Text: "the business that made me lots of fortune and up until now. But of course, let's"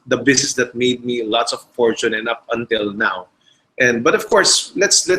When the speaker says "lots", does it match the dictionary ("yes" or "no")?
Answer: yes